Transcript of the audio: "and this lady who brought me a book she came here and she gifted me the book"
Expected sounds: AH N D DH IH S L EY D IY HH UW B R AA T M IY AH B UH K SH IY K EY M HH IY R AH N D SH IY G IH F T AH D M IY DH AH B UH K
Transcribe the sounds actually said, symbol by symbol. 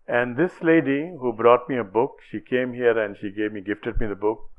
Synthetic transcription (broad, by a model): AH N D IH S L EY D IY HH UW B R AA T M IY AH B UH K SH IY K EY M HH IY R AH N D SH IY G IH F T AH D M IY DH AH B UH K